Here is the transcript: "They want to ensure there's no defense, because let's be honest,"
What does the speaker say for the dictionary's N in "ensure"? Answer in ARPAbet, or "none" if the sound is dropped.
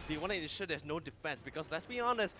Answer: none